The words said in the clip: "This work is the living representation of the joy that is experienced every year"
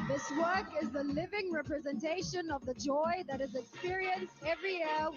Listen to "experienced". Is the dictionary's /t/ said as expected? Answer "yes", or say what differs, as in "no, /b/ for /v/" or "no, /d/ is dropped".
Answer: yes